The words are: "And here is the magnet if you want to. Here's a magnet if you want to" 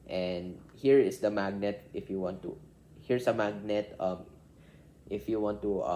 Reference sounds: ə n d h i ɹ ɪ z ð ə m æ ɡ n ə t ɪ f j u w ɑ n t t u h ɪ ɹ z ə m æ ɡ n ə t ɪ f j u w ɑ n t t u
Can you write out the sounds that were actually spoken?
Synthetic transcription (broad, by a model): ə n d h i ɹ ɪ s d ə m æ ɡ n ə t ɪ f j u w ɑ n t t u h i ɹ s ə m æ ɡ n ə t ɪ f j u w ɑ n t t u